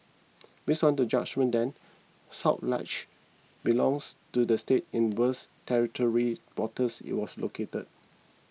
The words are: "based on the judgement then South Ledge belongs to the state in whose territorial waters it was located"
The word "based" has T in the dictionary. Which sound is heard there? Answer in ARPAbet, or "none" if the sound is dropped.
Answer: none